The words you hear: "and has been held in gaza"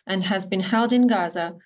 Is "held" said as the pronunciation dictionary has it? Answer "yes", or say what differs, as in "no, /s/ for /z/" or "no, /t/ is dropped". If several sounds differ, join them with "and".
yes